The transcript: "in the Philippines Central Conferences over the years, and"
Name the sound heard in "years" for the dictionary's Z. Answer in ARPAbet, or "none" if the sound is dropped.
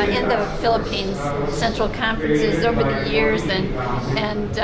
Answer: Z